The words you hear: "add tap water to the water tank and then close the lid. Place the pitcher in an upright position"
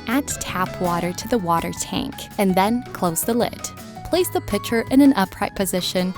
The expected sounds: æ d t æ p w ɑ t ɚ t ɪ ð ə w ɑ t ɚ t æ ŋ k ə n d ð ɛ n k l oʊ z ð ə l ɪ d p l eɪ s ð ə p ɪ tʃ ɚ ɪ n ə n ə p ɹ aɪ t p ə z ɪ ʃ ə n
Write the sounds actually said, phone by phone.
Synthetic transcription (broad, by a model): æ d t æ p w ɑ t ɚ t ɪ ð ə w ɑ t ɚ t æ ŋ k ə n ð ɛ n k l oʊ z ð ə l ɪ d p l eɪ s ð ə p ɪ tʃ ɚ ɪ n ə n ə p ɹ aɪ t p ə z ɪ ʃ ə n